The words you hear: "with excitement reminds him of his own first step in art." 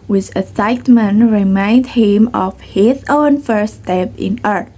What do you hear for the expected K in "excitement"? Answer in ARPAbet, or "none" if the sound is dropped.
none